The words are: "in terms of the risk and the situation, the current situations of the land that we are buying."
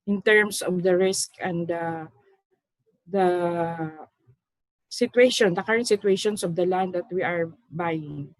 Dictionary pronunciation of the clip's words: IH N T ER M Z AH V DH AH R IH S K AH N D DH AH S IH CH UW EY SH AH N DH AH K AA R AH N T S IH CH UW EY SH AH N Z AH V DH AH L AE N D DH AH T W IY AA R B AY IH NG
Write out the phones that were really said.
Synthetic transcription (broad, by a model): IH N T ER M S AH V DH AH R IH S K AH N D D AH S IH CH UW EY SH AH N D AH K AA R AH N T S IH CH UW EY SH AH N S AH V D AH L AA N D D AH T W IY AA R B AY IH NG